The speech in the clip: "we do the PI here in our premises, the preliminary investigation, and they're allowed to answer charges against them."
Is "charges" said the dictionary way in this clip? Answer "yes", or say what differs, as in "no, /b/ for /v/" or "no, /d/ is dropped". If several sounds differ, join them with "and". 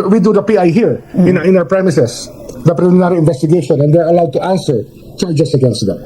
no, /s/ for /z/